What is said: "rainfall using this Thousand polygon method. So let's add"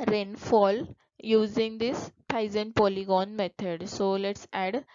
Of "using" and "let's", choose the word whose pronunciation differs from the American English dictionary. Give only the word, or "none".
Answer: none